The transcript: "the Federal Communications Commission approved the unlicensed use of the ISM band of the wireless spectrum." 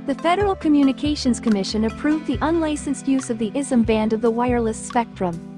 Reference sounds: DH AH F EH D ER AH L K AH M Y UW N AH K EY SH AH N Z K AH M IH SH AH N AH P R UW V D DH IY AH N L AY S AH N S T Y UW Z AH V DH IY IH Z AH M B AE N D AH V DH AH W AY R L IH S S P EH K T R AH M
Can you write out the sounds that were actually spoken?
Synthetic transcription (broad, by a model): DH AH F EH D ER L K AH M Y UW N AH K EY SH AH N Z K AH M IH SH AH N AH P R UW V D DH IY AH N L AY S AH N S T Y UW Z AH V DH IY IH Z AH M B AE N D AH V DH AH W AY R L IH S S P EH K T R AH M